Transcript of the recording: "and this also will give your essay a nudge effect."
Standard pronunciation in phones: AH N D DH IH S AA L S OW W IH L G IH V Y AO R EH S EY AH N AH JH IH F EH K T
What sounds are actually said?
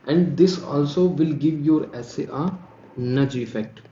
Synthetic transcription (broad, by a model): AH N D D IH S AA L S OW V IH L G IH V Y AO R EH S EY AH N AH JH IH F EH K T